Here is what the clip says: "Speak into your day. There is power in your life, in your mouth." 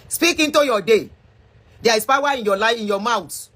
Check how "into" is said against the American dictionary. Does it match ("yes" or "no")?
yes